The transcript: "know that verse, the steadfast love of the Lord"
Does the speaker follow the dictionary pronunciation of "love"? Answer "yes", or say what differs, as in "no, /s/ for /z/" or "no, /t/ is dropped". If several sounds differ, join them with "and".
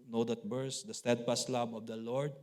no, /b/ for /v/